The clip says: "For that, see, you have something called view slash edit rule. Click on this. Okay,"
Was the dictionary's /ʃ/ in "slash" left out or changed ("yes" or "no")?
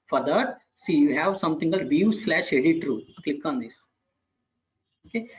no